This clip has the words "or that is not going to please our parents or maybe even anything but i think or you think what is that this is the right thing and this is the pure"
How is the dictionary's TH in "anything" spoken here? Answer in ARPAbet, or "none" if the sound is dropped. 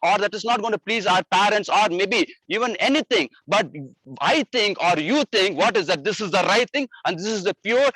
T